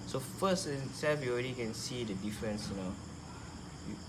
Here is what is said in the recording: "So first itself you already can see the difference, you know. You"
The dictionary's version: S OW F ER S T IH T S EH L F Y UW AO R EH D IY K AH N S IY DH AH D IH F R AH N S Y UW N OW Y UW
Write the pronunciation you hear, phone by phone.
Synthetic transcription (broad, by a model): S OW F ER S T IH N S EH F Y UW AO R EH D IY K AH N S IY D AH D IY F R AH N S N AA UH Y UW